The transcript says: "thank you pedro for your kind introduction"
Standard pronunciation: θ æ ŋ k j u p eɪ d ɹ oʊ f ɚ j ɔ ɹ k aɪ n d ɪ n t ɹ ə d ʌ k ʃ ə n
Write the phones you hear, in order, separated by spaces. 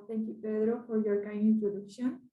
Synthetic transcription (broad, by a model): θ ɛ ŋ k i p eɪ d ɹ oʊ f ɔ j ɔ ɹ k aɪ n ɪ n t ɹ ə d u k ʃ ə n